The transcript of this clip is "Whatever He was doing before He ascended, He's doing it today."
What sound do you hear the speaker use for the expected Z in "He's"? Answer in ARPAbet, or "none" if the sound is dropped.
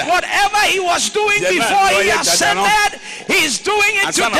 Z